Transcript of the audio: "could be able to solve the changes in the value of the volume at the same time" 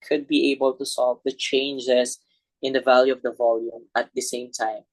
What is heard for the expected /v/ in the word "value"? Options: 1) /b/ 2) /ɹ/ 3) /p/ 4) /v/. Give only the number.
4